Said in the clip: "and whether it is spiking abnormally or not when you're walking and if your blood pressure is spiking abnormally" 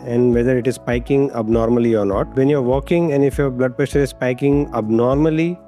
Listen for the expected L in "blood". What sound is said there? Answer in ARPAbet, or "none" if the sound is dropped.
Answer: L